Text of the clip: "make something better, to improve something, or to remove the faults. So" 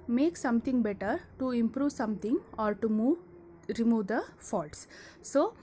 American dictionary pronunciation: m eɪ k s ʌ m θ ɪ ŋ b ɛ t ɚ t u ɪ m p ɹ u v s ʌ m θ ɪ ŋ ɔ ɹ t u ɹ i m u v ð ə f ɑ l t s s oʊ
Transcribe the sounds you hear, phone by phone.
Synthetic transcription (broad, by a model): m eɪ k s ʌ m t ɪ ŋ b ɛ t ɚ t u ɪ m p ɹ u v s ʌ m t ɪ ŋ ɔ ɹ t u ɹ i m u v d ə f ɑ l t s s oʊ